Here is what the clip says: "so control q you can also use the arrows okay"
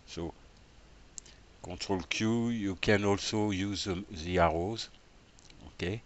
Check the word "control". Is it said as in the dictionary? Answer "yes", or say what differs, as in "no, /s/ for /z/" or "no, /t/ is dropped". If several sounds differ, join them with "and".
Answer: no, /n/ is dropped